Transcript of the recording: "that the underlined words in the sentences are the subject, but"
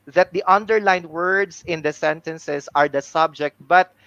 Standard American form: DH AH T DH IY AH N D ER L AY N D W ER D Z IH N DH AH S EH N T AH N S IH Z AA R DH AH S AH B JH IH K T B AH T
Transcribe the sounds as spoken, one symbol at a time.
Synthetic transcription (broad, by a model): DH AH T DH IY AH N D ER L AY N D W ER D S IH N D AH S EH N T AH N S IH S AA R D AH S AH B JH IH K T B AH T